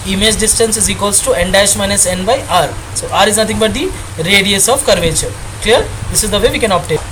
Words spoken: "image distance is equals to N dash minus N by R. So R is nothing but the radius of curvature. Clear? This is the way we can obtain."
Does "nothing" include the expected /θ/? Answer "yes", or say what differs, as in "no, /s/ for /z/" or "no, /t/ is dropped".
no, /t/ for /θ/